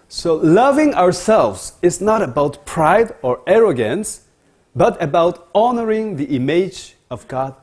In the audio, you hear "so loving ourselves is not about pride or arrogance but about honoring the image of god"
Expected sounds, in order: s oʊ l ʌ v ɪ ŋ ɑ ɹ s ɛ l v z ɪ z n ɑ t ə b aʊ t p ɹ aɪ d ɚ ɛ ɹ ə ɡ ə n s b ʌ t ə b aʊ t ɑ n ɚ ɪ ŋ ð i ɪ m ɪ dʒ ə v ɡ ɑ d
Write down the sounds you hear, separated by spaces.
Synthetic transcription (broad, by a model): s oʊ l ʌ v ɪ ŋ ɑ ɹ s ɛ l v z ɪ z n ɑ t ə b aʊ t p ɹ aɪ d ɚ ɛ ɹ ə ɡ ə n s b ʌ t ə b aʊ t ɑ n ɚ ɪ ŋ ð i ɪ m ɪ dʒ ə v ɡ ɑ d